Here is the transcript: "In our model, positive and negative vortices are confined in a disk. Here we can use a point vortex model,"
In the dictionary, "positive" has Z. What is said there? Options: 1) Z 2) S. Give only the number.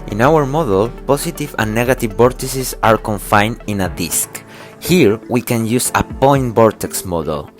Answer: 2